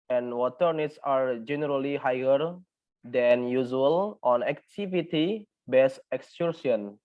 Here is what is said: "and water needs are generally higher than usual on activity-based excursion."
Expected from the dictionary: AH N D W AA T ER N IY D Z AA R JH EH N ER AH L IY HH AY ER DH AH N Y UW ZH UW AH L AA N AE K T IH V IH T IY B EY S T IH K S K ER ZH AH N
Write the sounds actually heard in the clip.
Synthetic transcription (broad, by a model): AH N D W AA T ER N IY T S AA R JH EH N ER AH L IY HH AY ER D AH N Y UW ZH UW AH L AA N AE K T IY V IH T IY B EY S IH K S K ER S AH N